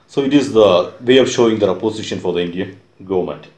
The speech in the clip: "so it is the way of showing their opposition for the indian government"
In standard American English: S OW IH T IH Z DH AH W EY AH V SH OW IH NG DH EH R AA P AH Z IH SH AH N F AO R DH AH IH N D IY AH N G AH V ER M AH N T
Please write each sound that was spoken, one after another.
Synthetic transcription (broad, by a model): S OW IH T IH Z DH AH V EY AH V SH OW IH NG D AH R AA P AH S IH SH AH N F AO R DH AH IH N D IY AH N G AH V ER M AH N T